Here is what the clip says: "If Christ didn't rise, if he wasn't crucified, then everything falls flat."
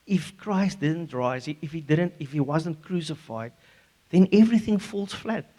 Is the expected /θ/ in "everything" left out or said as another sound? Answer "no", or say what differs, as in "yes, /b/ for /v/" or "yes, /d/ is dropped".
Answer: no